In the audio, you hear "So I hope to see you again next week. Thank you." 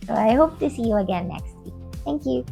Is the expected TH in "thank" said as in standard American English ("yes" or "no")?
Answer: yes